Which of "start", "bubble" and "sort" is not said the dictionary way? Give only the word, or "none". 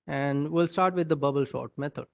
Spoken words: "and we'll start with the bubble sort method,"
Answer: sort